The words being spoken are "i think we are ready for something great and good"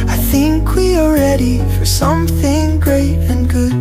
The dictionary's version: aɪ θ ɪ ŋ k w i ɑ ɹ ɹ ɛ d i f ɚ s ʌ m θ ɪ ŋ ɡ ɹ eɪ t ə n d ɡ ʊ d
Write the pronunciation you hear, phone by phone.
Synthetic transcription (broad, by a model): aɪ θ ɪ ŋ k w i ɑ l ɹ ɛ d i f ɚ s ʌ m θ ɪ ŋ ɡ ɹ eɪ t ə n ɡ ʊ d